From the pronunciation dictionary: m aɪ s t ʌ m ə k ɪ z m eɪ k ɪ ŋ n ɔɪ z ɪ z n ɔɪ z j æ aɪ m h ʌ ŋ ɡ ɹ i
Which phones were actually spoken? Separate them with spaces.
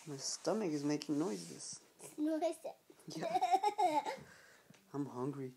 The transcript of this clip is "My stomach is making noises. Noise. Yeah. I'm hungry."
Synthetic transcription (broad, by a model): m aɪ s t ʌ m ə k ɪ z m eɪ k ɪ ŋ n ɔɪ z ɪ s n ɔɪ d j æ aɪ m h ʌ ŋ ɡ ɹ i